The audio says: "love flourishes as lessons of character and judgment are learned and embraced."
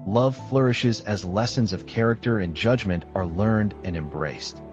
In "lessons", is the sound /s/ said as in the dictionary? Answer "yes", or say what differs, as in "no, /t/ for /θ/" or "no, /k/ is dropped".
yes